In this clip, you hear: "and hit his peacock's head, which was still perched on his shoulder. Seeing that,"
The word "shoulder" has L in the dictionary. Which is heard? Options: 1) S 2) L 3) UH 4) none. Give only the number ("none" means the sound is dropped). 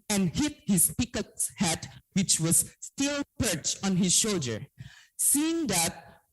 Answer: 2